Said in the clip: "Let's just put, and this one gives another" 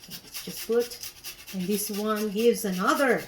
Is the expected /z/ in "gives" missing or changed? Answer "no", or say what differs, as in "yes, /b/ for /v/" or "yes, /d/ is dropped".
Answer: no